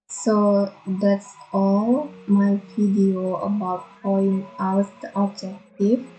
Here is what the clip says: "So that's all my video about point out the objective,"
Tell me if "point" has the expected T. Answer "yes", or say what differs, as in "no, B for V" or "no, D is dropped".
no, T is dropped